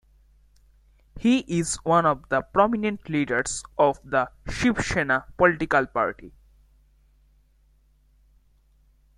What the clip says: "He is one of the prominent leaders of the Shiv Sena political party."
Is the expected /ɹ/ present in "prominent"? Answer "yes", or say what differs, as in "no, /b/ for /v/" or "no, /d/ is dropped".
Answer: yes